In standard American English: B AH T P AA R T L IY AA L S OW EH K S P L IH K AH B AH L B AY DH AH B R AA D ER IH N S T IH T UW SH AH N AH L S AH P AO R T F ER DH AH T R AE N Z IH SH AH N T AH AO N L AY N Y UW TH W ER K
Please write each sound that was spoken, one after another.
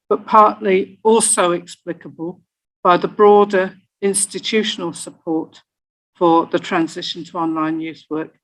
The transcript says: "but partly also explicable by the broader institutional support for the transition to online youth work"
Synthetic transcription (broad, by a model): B AH T P AA R T L IY AA L S OW EH K S P L IH K AH B AH L B AY DH AH B R AA D ER IH N S T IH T UW SH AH N AH L S AH P AO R T F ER DH AH T R AE N Z IH SH AH N T AH AO N L AY N Y UW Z W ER K